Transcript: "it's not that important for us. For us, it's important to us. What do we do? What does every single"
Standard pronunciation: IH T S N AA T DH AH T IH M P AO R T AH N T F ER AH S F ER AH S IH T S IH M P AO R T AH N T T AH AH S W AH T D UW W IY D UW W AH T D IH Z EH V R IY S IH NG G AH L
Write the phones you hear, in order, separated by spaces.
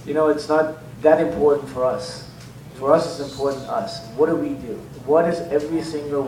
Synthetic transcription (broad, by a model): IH T S N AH T DH AH T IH M P AO R T N T F ER AH S F ER AH S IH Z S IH M P AO R T N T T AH AH S W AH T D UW W IY D UW W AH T D IH Z EH V R IY S IH NG G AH L